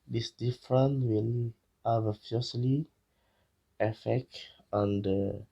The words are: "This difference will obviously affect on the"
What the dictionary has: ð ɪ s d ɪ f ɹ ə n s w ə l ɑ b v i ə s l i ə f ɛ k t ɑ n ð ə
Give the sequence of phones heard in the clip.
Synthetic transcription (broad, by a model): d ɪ s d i f ɹ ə n w ə l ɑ v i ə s l i ə f ɛ k t ɑ n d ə